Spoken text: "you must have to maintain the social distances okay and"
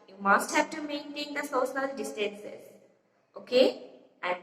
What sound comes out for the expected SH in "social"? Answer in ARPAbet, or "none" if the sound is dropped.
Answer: S